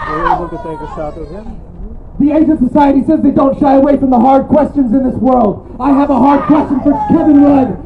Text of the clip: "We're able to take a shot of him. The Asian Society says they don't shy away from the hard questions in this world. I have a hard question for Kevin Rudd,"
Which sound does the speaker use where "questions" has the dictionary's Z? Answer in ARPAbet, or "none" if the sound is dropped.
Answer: Z